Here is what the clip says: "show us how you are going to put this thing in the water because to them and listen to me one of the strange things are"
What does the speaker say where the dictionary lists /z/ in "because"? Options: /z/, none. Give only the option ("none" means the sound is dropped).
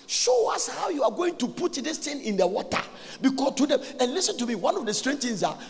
none